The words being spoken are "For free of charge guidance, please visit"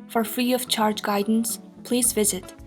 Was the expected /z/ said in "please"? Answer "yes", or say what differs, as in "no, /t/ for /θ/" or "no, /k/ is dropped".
yes